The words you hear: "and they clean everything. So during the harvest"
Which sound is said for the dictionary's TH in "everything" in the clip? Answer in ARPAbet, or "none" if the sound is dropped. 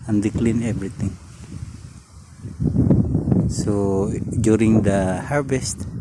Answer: T